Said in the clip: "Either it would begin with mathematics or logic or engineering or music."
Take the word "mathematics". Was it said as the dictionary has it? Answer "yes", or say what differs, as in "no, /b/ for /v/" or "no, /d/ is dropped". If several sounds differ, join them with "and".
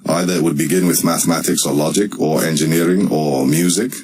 yes